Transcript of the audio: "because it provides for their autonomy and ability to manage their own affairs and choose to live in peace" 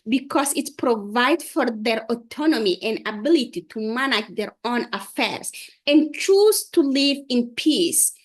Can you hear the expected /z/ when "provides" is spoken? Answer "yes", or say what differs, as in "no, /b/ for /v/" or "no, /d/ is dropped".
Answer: no, /z/ is dropped